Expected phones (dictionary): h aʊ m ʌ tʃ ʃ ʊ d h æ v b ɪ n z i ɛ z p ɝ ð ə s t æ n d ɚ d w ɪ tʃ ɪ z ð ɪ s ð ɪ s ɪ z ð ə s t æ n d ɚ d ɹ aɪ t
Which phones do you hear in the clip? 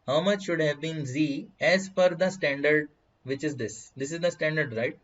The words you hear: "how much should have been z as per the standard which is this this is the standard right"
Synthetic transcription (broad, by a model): h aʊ m ʌ tʃ ʃ ʊ d h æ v b ɪ n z i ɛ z f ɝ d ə s t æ n d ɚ d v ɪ tʃ ɪ z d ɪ s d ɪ s ɪ z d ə s t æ n d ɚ d ɹ aɪ t